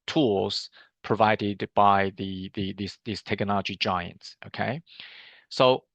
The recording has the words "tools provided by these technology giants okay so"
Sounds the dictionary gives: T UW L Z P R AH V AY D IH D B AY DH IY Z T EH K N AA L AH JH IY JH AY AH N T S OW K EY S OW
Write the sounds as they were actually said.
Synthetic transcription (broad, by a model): T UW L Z P R AH V AY D IH D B AY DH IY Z T EH K N AA L AH JH IY JH AY AH N T S OW K EY S OW